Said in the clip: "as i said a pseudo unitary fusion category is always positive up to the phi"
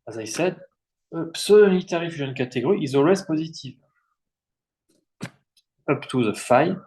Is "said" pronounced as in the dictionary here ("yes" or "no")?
yes